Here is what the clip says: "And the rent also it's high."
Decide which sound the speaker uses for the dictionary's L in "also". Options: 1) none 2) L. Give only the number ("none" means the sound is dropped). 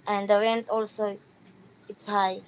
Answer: 2